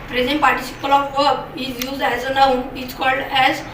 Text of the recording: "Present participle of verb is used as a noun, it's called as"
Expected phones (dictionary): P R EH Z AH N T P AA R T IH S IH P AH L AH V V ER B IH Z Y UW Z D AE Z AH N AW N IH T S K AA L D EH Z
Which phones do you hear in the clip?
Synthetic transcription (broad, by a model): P R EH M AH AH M P AA R T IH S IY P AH L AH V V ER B IH Z Y UW Z D AE Z AH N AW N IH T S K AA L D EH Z